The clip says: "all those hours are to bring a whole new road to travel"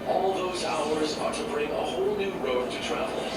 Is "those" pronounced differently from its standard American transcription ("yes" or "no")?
no